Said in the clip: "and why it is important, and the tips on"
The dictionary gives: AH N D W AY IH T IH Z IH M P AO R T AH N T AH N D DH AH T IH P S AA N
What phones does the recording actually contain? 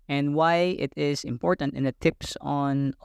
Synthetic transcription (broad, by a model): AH N D W AY IH T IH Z IH M P AO R T AH N T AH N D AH T IH P S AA N